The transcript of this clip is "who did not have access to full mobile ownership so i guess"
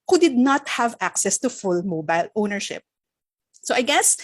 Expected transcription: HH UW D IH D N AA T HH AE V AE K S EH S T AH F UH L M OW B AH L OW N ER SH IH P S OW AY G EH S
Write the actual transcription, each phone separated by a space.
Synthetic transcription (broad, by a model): HH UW D IH D N AA T HH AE V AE K S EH S T AH F UH L M OW B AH L OW N ER SH IH P S OW AY G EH S